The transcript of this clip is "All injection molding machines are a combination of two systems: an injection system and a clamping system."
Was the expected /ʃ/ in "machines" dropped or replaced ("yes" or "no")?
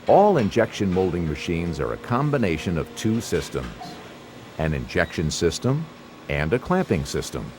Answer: no